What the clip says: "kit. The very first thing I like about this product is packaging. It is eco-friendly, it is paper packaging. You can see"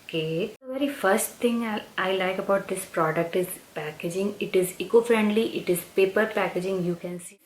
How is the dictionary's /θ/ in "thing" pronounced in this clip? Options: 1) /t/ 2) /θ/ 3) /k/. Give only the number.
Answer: 1